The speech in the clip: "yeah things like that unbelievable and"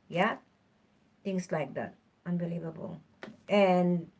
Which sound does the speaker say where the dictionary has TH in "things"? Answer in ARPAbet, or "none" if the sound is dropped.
T